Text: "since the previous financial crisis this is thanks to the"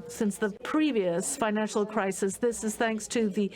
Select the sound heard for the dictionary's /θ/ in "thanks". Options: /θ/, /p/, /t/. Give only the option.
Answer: /θ/